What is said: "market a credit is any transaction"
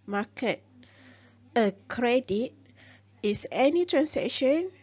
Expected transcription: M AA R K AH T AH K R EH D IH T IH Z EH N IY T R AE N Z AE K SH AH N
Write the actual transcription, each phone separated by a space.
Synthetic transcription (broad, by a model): M AA K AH T AH K R EH D IH T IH S EH N IY T R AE N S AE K SH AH N